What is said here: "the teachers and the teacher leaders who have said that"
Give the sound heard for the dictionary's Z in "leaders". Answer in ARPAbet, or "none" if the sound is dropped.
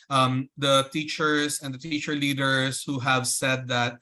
S